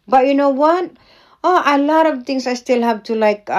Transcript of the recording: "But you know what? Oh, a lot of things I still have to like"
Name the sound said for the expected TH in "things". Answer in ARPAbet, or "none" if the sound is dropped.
T